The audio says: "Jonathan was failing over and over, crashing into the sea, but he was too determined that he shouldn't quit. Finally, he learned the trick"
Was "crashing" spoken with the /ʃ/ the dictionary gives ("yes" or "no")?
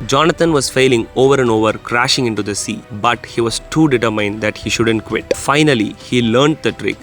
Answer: yes